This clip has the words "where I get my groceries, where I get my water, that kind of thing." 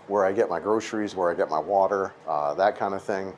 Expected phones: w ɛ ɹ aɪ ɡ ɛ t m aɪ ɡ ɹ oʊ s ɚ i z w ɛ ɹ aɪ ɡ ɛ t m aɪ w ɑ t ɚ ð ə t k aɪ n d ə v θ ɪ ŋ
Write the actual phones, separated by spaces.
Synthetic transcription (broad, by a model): w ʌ ɹ aɪ ɡ ɛ t m aɪ ɡ ɹ oʊ s ɚ i z w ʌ ɹ aɪ ɡ ɛ t m aɪ w ɑ t ɚ ð ə t k aɪ n d ə v θ ɪ ŋ